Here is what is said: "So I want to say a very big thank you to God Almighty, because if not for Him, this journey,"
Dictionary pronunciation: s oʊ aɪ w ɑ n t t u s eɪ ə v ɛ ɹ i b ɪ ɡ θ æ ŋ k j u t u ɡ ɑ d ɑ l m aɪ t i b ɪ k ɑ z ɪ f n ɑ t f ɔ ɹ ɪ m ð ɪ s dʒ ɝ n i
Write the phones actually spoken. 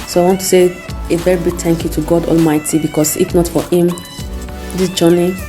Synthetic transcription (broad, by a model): s oʊ aɪ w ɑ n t t u s eɪ ə v ɛ ɹ i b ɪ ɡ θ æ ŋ k j u t u ɡ ɑ d ɑ l m aɪ t i b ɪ k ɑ s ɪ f n ɑ t f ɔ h ɪ m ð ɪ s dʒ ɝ n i